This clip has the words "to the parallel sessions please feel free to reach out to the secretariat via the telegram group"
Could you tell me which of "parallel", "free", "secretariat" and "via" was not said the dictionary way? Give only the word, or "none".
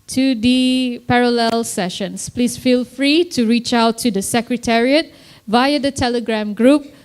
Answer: none